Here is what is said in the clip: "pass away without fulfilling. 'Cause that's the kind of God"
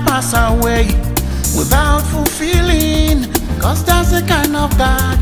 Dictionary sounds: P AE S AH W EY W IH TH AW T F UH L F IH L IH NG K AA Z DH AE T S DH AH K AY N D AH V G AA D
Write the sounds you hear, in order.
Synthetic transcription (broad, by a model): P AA S AH W EY W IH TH AW T F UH L F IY L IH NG K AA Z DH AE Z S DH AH K AY N D AH V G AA